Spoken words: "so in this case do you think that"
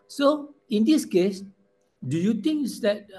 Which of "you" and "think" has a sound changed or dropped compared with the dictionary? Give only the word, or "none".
think